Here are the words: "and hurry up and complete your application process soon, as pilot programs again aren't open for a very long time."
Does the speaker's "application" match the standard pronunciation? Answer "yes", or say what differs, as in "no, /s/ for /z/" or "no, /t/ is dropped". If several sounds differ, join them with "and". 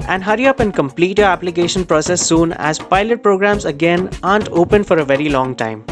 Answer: yes